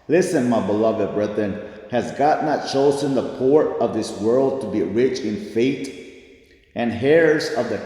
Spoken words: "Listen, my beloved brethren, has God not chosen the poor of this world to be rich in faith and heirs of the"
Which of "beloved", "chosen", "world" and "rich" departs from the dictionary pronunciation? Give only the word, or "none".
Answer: none